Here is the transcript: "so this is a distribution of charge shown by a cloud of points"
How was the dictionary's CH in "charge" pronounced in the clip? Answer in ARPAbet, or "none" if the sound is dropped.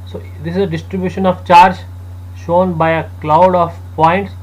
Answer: CH